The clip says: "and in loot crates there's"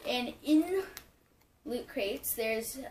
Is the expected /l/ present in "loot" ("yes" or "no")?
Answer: yes